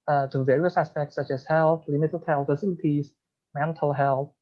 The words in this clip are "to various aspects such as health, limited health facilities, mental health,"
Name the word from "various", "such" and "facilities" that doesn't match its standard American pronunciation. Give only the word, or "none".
none